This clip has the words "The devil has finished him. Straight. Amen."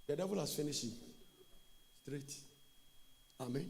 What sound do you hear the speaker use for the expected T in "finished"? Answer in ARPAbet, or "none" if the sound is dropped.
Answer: none